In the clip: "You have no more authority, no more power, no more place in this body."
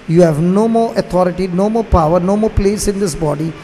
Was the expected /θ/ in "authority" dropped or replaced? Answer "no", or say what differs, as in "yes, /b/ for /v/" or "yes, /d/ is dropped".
yes, /t/ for /θ/